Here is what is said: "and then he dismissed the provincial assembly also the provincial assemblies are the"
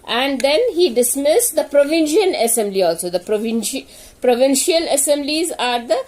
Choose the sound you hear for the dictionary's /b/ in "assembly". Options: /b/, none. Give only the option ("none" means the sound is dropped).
/b/